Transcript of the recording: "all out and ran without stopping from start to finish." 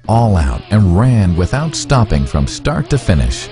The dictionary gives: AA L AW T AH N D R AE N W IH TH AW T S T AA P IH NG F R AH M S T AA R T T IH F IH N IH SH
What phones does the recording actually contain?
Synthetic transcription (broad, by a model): AA L AW T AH N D R AE N W IH TH AW T S T AA P IH NG F R AH M S T AA R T T IH F IH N IH SH